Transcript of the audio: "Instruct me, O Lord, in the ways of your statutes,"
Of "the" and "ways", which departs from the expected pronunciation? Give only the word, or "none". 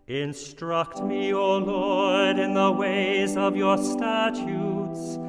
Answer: none